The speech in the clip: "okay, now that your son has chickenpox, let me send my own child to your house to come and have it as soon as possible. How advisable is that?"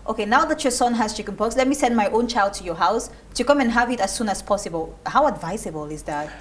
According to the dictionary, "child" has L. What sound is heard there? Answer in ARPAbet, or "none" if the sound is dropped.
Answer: L